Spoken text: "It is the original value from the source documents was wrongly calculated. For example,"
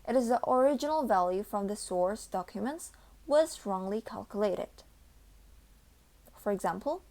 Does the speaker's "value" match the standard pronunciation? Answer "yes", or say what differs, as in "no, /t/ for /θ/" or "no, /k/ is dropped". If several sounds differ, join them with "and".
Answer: yes